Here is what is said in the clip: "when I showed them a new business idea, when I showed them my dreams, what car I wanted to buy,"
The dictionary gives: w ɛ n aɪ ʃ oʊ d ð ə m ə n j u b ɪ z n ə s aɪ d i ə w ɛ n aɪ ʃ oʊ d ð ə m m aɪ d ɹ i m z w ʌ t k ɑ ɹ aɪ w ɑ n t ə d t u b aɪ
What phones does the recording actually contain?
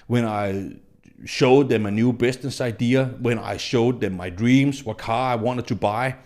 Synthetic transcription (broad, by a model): w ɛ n aɪ ʃ oʊ d ð ə m ə n j u b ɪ s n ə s aɪ d i ə w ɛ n aɪ ʃ oʊ d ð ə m m aɪ d ɹ i m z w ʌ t k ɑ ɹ aɪ w ɑ n t ə d t u b aɪ